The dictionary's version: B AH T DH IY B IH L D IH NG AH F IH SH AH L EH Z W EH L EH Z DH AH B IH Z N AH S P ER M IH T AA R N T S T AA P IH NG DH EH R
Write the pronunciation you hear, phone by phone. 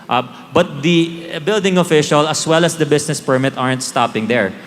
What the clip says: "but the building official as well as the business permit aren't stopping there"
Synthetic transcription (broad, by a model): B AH T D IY B IH L D IH NG AH F IH SH AH L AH S W EH L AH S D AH B IH S N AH S P ER M IH T AA R N T S T AA P IH NG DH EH R